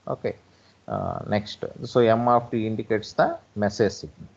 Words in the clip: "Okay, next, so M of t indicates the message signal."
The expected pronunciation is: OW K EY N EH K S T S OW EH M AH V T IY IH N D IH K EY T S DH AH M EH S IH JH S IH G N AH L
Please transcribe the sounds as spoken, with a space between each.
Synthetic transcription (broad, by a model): OW K EY N EH K S T S OW EH M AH P T IY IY N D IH K EY T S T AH M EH S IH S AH